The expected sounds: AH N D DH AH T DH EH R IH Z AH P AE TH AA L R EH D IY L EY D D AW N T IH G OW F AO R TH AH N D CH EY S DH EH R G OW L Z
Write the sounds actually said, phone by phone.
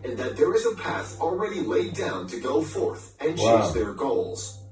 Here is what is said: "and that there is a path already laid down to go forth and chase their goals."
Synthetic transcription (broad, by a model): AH N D DH AH T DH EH R IH Z AH P AE TH L R EH D IY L EY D D AW N T IH G OW F AO R TH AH N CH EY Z DH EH R G OW L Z